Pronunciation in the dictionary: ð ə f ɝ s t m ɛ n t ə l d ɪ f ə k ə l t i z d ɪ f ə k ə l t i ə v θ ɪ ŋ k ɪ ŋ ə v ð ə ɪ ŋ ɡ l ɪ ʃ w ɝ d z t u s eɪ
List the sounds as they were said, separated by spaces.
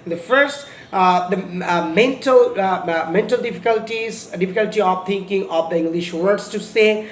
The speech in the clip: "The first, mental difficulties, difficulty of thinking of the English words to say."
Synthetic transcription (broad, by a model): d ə f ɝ s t m ɛ n t ə l d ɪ f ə k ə l t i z d ɪ f ə k ə l t i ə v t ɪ ŋ k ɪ ŋ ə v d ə ɪ ŋ ɡ l ɪ ʃ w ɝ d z t u s eɪ